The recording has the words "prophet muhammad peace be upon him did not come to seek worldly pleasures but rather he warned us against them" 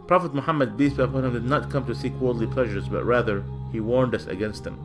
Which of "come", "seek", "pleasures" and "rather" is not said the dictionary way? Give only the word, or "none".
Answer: none